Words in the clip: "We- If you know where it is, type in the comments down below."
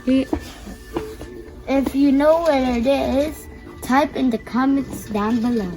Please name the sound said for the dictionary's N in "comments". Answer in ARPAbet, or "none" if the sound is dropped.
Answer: none